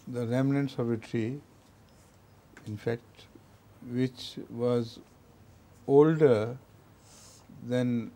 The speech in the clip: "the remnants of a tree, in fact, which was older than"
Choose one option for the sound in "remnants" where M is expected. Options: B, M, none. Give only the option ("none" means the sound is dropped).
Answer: M